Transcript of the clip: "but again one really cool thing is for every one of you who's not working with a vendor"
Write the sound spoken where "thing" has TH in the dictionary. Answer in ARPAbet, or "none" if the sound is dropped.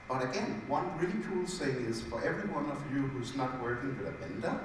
S